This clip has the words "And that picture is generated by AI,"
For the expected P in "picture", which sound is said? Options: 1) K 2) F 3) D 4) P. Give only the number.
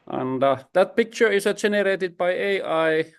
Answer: 4